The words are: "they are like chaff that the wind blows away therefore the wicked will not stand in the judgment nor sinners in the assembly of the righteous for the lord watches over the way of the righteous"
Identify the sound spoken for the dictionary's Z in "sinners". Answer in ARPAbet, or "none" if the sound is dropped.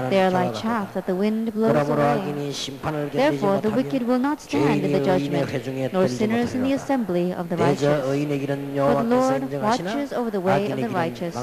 Z